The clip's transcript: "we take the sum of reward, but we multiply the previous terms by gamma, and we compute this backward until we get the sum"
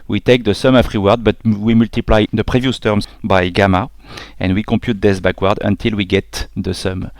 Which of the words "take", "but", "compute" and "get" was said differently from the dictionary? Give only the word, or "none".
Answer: compute